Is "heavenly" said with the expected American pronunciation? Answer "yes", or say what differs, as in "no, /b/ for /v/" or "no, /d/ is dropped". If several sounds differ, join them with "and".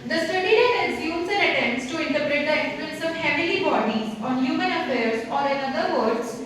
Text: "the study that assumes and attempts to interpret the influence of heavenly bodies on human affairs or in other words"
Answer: no, /n/ is dropped